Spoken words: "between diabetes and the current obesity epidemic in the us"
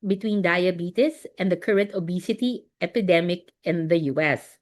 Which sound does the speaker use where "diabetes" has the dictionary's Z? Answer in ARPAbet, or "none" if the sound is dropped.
S